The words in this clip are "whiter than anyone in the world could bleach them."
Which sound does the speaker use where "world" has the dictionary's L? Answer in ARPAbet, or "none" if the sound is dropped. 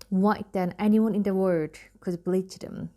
none